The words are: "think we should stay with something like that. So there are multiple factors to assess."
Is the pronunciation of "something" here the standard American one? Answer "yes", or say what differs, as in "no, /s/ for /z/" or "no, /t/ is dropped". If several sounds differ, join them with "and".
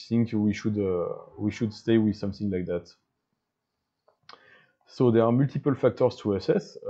yes